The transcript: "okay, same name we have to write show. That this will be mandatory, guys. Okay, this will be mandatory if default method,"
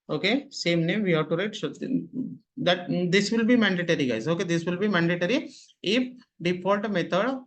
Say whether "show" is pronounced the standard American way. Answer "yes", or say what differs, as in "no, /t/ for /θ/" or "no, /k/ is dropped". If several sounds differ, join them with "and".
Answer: no, /s/ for /ʃ/